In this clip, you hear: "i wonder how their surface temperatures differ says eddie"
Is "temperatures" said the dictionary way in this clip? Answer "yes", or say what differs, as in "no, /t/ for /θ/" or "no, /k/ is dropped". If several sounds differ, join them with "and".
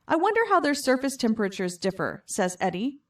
yes